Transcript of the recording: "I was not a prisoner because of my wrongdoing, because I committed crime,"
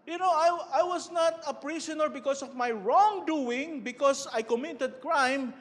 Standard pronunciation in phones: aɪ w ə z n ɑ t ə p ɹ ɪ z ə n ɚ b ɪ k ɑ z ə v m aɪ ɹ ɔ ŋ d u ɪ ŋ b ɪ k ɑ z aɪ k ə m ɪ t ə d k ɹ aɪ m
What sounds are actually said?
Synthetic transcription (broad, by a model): aɪ w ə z n ɑ t ə p ɹ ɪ s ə n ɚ b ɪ k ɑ s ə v m aɪ ɹ ɔ ŋ d u ɪ ŋ b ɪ k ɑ s aɪ k ə m ɪ t ə d k ɹ aɪ m